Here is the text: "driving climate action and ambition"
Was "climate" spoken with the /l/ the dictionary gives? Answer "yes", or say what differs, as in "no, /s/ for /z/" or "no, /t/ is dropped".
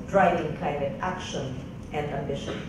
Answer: no, /l/ is dropped